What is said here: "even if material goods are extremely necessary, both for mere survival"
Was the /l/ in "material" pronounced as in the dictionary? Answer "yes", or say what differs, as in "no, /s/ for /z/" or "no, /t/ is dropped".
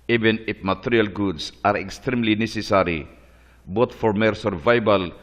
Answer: yes